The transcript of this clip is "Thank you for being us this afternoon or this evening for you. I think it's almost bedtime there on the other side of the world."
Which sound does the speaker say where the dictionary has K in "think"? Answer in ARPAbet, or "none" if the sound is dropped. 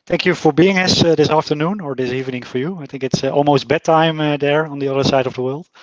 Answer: K